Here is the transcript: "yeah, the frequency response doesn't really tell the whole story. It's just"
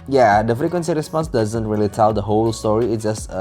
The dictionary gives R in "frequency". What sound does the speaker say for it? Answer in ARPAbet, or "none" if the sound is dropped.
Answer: none